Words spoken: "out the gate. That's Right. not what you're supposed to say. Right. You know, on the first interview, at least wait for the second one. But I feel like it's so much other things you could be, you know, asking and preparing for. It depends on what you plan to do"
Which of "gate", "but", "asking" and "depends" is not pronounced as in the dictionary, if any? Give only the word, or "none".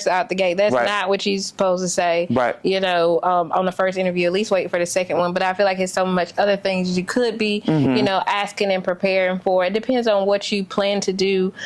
none